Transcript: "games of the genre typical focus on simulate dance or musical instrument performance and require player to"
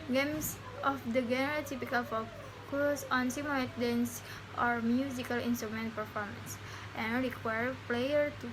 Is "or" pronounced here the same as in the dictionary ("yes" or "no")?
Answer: yes